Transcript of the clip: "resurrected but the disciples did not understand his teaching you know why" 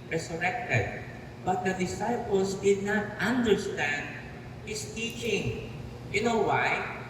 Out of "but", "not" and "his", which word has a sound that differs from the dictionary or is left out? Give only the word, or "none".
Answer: his